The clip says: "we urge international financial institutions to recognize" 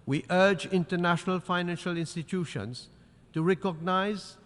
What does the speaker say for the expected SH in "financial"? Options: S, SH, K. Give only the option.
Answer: SH